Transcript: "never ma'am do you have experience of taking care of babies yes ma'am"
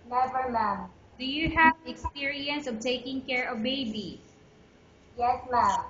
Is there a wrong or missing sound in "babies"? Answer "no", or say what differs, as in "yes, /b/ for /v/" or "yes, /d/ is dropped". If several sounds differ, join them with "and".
yes, /z/ is dropped